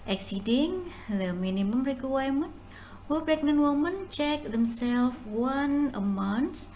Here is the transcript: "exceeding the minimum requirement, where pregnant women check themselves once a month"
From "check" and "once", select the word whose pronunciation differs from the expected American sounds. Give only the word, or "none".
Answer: once